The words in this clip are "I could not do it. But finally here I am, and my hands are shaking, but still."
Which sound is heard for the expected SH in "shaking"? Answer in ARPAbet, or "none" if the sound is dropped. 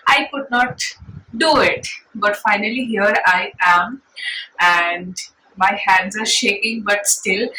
SH